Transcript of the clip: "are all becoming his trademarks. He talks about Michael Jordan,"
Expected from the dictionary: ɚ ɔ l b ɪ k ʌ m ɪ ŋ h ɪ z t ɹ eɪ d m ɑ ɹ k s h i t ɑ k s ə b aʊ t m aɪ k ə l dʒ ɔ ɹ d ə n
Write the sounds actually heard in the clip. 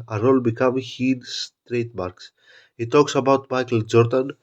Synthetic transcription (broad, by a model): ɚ ɔ l b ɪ k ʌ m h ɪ s t ɹ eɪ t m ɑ ɹ k s h i t ɑ k s ə b aʊ t m aɪ k ə l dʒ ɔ ɹ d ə n